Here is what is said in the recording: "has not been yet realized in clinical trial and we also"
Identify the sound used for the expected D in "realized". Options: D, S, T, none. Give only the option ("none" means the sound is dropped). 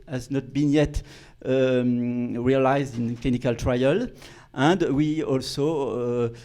D